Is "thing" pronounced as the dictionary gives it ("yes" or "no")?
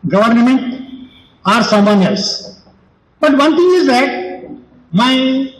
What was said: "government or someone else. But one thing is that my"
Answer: no